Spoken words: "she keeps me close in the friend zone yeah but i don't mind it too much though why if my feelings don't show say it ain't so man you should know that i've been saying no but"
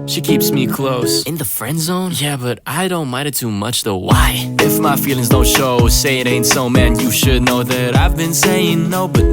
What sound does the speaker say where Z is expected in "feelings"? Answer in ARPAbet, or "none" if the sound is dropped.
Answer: Z